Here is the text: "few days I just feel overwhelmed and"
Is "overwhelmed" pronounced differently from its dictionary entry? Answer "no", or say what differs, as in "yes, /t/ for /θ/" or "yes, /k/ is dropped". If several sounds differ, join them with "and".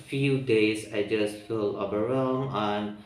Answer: yes, /d/ is dropped